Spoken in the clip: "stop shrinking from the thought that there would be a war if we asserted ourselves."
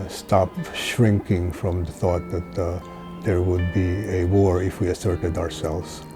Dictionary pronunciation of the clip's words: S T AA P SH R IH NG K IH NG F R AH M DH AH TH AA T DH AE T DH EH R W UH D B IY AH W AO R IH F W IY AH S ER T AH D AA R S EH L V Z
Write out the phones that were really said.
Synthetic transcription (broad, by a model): S T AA P SH R IH NG K IH NG F R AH M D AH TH AA T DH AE T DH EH R W UH D B IY AH W AO R IH F W IY AH S ER T AH D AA R S EH L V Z